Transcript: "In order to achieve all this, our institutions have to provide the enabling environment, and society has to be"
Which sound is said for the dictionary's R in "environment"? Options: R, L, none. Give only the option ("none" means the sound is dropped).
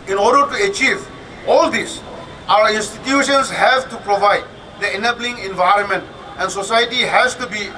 R